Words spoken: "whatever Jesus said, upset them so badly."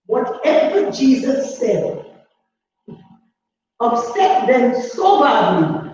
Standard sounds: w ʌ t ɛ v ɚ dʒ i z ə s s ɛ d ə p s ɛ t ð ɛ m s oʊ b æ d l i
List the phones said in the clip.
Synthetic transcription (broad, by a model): w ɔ t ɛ v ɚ dʒ i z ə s s ɛ d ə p s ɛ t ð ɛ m s oʊ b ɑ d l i